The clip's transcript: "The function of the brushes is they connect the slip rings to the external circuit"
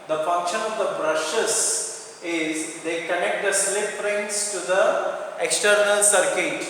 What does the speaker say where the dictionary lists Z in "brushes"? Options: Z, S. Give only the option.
S